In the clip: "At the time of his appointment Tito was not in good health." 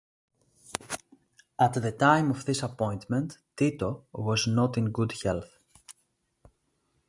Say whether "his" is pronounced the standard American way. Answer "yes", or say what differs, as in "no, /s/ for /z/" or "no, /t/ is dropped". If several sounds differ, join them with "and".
no, /s/ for /z/